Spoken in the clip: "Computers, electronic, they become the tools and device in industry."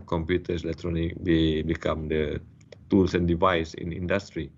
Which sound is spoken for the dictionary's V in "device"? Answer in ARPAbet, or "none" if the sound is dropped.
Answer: V